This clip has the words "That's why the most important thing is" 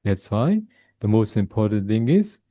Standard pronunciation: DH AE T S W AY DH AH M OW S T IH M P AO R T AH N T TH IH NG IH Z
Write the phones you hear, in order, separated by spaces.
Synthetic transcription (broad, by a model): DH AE T S W AY DH AH M OW S T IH M P AO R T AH N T TH IH NG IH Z